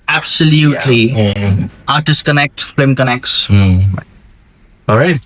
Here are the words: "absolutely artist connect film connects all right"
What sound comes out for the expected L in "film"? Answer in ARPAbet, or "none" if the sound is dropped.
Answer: none